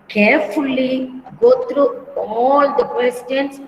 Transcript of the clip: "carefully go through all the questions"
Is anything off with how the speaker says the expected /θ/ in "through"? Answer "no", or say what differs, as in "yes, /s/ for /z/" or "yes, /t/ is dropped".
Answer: yes, /t/ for /θ/